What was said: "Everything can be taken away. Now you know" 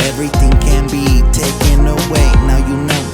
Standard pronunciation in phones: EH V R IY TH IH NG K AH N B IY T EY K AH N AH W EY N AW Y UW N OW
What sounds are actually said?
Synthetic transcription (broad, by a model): EH V R IY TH IH NG K AH N B IY T EY K AH N AH W EY N AW Y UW N OW